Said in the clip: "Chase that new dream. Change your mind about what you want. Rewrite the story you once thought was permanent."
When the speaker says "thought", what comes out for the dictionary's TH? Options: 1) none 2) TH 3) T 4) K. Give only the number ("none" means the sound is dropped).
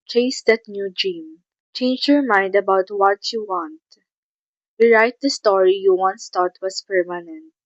3